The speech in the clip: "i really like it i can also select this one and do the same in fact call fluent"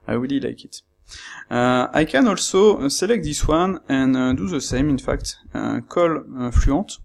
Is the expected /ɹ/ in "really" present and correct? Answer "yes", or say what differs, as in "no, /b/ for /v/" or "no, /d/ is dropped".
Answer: no, /w/ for /ɹ/